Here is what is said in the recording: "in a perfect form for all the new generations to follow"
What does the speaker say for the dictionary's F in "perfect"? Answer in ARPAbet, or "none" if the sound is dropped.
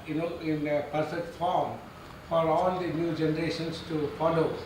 P